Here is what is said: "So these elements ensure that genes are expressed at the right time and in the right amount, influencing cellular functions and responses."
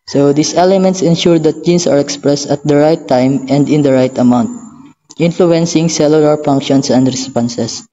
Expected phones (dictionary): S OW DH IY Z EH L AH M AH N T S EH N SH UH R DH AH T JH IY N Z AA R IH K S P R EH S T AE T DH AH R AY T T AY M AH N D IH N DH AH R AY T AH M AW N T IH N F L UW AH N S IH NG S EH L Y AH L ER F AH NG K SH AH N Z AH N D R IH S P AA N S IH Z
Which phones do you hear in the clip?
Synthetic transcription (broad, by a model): S OW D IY S EH L AH M AH N T S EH N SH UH R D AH T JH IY N S AA R IH K S P R EH S T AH T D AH R AY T T AY M AH N D IH N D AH R AY T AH M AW N T IH N F L UW AH N S IH NG S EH L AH L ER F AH NG K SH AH N S AH N D R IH S P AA N S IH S